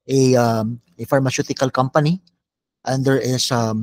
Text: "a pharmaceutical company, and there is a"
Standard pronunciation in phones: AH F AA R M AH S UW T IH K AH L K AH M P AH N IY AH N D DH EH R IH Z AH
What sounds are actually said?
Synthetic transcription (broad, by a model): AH F AA R M AH S UW T IH K AH L K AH M P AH N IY AH N D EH R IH S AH